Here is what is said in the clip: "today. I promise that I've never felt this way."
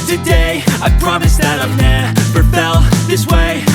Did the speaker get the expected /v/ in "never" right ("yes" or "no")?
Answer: no